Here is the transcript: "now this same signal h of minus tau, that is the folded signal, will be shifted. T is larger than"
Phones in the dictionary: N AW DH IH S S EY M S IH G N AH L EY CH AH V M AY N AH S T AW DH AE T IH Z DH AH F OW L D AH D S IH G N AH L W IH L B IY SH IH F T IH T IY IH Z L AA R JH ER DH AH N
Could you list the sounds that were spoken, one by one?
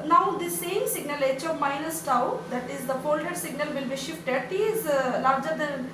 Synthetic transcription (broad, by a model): N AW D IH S S EY M S IH G N AH L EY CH AH V M AY N AH S T AW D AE T IH Z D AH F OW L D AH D S IH G N AH L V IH L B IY SH IH F T IH T IY IH Z L AA R JH ER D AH N